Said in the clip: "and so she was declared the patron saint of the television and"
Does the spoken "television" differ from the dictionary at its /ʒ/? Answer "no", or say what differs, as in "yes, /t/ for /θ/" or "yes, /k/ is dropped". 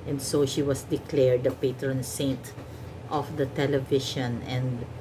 yes, /ʃ/ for /ʒ/